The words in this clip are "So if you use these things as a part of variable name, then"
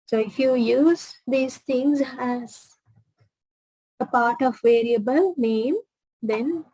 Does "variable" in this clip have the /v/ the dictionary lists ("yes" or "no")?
yes